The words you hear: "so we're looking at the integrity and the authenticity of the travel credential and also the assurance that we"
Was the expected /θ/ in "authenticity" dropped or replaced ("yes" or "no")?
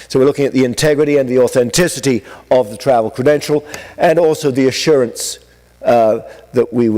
no